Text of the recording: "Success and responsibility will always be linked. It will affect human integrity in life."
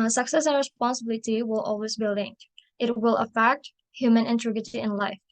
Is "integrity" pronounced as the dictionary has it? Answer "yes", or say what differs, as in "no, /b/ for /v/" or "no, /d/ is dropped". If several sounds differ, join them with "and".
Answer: no, /ɹ/ is dropped